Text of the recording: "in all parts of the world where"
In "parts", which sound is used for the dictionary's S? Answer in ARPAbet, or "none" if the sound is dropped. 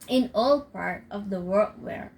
none